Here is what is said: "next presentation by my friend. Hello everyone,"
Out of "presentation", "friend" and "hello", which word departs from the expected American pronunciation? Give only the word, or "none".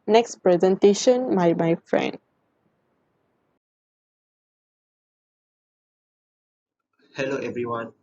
none